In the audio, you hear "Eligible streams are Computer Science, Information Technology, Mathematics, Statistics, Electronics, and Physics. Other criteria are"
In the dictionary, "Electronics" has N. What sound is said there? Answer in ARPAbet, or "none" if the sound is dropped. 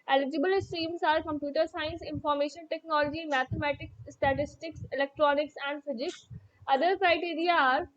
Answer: N